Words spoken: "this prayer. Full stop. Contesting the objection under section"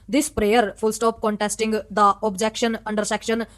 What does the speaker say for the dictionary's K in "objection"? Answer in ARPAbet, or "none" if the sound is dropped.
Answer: K